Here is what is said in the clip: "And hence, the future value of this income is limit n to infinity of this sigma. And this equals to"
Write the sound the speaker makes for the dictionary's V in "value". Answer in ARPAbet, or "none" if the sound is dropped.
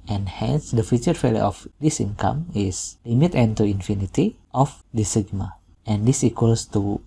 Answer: F